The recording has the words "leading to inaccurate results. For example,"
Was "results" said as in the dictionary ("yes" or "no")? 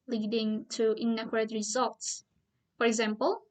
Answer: yes